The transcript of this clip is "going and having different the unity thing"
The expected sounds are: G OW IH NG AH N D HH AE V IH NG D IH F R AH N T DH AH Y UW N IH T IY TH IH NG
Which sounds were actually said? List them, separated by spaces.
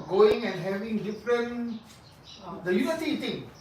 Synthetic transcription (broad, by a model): G OW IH NG AH N D HH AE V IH NG D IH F R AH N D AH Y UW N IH S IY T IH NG